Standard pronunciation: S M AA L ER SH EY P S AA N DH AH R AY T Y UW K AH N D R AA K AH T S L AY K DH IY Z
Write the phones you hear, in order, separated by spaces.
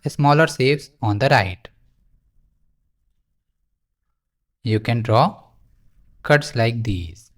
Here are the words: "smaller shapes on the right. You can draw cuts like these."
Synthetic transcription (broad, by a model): S M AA L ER S EY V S AA N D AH R AY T Y UW K AH N D R AA K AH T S L AY K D IY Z